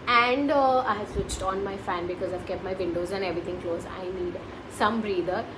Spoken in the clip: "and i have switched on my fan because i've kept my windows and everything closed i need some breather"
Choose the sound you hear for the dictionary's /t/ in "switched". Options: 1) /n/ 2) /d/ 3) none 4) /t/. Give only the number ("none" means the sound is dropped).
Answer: 4